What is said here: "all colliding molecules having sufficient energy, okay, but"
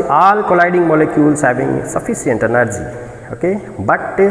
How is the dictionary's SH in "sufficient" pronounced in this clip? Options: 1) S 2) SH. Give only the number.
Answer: 1